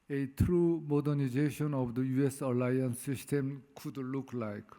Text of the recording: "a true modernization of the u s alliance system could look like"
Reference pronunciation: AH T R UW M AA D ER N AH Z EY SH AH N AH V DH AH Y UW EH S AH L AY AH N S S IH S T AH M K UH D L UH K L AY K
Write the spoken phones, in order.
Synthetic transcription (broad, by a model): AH T R UW M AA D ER N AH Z EY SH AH N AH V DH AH Y UW EH S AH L AY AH N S S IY S T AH M K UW D L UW K L AY K